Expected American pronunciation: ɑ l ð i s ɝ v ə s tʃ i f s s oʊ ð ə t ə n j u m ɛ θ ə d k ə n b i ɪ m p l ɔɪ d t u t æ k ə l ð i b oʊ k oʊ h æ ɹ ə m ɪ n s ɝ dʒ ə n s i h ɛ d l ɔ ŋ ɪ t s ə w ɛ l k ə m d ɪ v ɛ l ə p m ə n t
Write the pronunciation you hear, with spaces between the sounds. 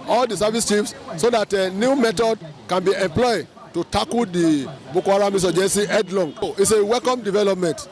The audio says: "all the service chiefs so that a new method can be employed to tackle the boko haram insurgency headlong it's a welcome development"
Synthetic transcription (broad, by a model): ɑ l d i s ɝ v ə s tʃ i f s s oʊ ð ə t ə n j u m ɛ t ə d k ə n b i ɪ m p l ɔɪ d t u t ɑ k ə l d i b oʊ k oʊ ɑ ɹ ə m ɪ s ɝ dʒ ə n s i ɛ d l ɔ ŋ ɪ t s ə w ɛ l k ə m d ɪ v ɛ l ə p m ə n t